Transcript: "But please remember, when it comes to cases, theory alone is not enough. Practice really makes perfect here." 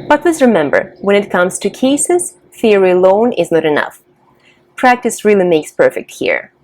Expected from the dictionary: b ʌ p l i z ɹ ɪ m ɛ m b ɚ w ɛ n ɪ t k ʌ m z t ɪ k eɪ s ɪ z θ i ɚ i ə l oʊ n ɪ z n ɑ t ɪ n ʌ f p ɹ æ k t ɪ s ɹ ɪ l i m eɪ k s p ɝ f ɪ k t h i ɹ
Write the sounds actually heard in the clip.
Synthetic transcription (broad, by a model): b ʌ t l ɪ s ɹ ɪ m ɛ m b ɚ w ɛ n ɪ t k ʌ m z t ɪ k eɪ s ɪ z θ i ɚ i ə l oʊ n ɪ z n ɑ t ɪ n ʌ f p ɹ æ k t ɪ s ɹ ɪ l i m eɪ k s p ɝ f ɪ k t h i ɹ